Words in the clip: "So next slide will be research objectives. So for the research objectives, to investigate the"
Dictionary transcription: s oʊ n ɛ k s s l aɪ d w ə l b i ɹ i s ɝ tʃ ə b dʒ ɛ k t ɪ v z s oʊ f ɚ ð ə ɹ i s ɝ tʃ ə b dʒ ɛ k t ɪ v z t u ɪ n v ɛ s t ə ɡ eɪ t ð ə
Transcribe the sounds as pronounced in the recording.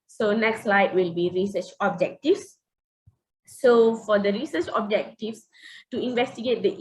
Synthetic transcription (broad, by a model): s oʊ n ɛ k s s l aɪ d w ə l b i ɹ i s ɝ tʃ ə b dʒ ɛ k t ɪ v s oʊ f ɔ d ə ɹ i s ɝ tʃ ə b dʒ ɛ k t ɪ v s t u ɪ n v ɛ s t ə ɡ eɪ t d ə